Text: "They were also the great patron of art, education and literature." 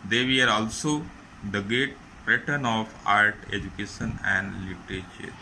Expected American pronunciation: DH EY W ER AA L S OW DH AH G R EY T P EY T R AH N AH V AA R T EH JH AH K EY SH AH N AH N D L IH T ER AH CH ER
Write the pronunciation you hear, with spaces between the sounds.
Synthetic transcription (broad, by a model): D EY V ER AA L S OW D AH G R EY T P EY T AH N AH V AA R T EH JH AH K EY SH AH N AH N D L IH T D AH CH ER